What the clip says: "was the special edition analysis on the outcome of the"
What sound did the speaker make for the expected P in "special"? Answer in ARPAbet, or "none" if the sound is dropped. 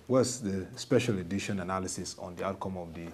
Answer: P